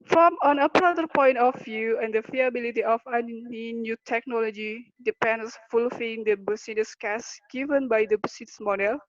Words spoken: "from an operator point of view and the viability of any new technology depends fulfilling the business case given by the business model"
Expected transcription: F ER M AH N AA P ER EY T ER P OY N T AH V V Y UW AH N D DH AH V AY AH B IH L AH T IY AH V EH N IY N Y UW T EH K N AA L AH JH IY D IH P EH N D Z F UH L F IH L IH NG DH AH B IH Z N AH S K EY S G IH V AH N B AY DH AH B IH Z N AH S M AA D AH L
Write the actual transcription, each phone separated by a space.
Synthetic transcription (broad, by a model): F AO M AH N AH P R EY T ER P OY N T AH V V Y UW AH N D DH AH F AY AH B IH L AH T IY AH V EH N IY N Y UW T EH K N AA L AH JH IY D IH P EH N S F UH L F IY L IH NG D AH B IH S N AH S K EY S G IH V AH N B AY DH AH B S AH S M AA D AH L